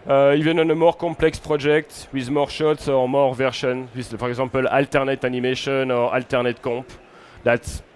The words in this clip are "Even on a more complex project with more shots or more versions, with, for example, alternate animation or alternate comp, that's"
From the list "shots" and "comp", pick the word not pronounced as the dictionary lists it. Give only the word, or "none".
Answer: comp